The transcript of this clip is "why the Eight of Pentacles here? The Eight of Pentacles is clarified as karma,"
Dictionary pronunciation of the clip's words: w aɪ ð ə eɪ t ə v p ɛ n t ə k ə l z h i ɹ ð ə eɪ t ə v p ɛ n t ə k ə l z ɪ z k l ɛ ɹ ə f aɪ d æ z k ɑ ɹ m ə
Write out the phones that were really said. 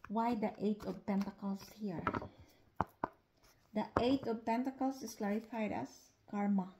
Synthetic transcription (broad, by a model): w aɪ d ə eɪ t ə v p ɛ n t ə k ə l s h i ɹ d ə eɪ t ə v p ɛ n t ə k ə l s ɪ s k l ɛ ɹ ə f aɪ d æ s k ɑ ɹ m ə